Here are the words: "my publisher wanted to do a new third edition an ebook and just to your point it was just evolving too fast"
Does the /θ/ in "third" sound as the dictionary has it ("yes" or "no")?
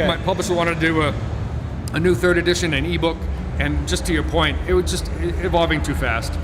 yes